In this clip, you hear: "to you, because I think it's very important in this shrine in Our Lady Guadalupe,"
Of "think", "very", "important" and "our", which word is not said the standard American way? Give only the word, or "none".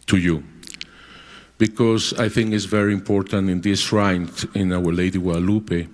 none